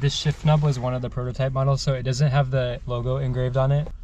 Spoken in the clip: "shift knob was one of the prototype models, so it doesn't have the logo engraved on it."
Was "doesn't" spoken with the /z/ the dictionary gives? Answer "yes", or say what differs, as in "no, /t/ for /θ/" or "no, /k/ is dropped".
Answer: yes